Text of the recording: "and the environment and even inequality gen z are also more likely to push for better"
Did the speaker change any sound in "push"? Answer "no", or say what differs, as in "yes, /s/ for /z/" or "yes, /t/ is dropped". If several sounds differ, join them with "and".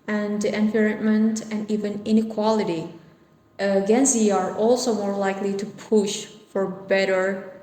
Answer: no